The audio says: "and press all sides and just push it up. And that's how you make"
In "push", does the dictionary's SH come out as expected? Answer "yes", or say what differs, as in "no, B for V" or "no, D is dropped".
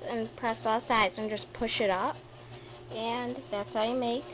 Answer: yes